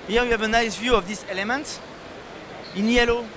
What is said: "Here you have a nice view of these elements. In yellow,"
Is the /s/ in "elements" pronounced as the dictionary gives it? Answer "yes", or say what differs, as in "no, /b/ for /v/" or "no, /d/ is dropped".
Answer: no, /s/ is dropped